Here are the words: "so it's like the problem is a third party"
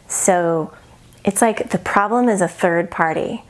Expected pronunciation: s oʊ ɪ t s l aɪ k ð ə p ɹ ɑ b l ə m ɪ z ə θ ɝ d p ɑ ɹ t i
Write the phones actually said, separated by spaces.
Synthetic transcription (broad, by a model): s oʊ ɪ t s l aɪ k ð ə p ɹ ɑ b l ə m ɪ z ə θ ɝ d p ɑ ɹ t i